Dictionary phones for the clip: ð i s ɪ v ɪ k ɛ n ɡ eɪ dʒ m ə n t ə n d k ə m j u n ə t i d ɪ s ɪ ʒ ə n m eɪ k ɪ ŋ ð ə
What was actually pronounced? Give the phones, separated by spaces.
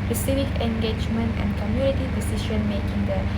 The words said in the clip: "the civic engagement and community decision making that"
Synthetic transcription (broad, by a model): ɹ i s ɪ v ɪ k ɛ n ɡ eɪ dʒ m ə n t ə n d k ə m j u n ə t i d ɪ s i ʃ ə n m eɪ k ɪ ŋ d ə